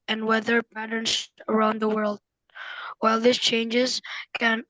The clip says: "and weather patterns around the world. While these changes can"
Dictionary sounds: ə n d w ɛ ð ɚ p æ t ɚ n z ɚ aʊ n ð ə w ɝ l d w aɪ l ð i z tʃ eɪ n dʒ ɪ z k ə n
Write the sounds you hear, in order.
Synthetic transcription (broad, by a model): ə n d w ɛ ð ɚ p æ t ɚ n z ɚ aʊ n ð ə w ɝ l d w aɪ l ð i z tʃ eɪ n dʒ ɪ z k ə n